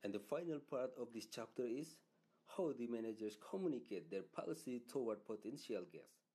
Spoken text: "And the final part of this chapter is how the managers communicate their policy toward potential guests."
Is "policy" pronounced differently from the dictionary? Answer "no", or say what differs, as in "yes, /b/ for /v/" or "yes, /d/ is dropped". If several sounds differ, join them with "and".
no